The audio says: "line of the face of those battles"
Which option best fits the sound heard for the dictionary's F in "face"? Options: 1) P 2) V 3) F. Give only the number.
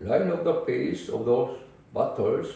1